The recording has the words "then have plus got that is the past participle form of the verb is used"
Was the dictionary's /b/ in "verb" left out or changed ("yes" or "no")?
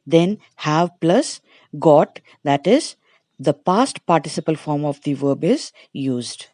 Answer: no